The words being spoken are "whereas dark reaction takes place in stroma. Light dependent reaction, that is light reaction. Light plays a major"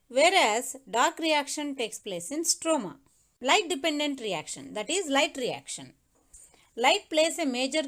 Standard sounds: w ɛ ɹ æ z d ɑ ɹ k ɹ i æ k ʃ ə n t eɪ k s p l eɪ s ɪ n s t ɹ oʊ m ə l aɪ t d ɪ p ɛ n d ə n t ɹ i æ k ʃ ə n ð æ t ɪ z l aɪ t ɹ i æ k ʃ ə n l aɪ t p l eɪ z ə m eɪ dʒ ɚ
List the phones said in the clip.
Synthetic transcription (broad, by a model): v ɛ ɹ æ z d ɑ ɹ k ɹ i æ k ʃ ə n t eɪ k s p l eɪ s ɪ n s t ɹ oʊ m ə l aɪ t d ɪ p ɛ n d ə n t ɹ i æ k ʃ ə n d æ t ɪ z l aɪ t ɹ i æ k ʃ ə n l aɪ t p l eɪ s ə m eɪ dʒ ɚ